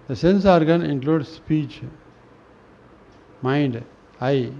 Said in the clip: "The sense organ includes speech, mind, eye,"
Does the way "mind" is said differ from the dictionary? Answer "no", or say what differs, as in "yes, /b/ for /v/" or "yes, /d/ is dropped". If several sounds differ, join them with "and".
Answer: no